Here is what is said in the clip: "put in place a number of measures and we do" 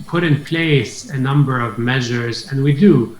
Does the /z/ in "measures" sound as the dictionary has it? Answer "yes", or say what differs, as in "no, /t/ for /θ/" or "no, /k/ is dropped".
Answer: yes